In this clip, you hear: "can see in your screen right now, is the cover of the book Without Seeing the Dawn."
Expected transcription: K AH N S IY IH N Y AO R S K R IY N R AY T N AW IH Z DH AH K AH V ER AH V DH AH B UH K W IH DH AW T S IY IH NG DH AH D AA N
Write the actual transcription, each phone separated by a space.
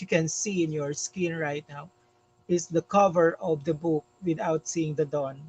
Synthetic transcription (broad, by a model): K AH N S IY IH N Y AO R S K IY N R AY T N AW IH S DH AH K AH V ER AH V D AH B UH K W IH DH AW T S IY IH NG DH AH D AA N